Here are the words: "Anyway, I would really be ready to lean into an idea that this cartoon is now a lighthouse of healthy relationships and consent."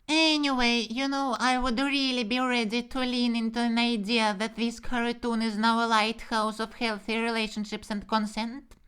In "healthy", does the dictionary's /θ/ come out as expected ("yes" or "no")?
yes